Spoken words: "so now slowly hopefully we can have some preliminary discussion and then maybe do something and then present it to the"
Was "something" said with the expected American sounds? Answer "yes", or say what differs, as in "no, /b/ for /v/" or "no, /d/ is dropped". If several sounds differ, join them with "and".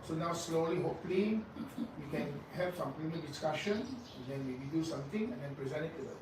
no, /t/ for /θ/